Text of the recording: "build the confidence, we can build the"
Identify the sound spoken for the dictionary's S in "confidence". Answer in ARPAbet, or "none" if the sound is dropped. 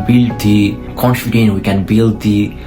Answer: none